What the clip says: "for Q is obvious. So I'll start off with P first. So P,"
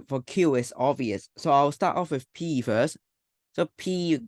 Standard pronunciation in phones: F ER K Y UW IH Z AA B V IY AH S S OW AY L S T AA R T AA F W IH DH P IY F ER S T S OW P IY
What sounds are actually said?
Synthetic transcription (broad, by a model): F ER K Y UW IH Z AA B V IY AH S S OW AY W S T AA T AA F W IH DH P IY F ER S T S OW P IY